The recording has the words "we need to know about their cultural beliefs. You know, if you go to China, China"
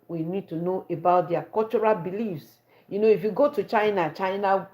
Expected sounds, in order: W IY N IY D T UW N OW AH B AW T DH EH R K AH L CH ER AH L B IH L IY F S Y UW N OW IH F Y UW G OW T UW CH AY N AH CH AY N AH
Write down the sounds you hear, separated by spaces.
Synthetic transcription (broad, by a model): W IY N IY D T UW N OW AH B AW T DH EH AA K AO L CH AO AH L B IH L IY F S Y UW N OW IH F Y UW G OW T UW CH AY N AH CH AY N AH